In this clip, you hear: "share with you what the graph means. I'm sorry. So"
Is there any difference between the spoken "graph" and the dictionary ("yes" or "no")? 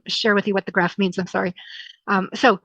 no